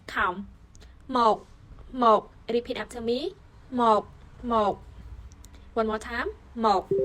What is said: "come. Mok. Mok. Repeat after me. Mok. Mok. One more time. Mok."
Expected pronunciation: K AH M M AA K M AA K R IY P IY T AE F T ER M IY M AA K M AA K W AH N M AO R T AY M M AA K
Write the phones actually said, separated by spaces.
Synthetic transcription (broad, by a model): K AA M M AA K M AA K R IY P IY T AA P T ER M IY M AA K M AA K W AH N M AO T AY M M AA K